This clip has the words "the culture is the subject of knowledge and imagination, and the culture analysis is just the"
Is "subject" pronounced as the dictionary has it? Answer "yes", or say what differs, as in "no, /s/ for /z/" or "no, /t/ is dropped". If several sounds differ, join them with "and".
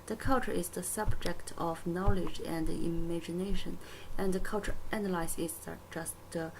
yes